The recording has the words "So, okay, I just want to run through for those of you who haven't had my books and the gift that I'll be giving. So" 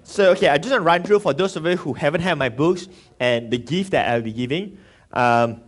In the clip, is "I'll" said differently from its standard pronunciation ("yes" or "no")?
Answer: yes